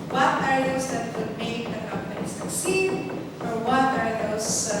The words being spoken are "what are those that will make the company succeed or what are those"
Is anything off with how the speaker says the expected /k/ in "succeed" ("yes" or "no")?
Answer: yes